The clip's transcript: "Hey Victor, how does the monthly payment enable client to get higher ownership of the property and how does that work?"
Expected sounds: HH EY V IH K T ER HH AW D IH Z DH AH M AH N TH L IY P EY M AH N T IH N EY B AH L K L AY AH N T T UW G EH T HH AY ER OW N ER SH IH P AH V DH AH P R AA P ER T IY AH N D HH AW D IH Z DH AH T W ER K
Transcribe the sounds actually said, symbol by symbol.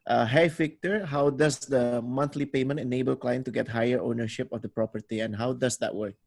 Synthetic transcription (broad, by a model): HH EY F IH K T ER HH AW D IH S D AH M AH N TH L IY P EY M AH N T IH N EY B AH L K L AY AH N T T UW G EH T HH AY ER OW N ER SH IH P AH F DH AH P R AA P ER T IY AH N HH AW D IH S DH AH T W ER K